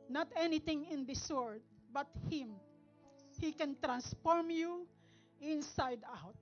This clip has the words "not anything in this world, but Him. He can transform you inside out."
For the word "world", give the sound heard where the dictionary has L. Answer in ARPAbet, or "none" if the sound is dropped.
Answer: none